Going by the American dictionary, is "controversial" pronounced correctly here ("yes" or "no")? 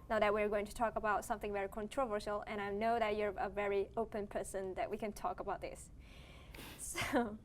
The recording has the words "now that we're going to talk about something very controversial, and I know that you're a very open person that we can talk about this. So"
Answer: yes